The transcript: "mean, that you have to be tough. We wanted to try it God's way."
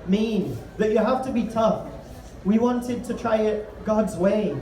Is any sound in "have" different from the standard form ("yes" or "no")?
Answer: yes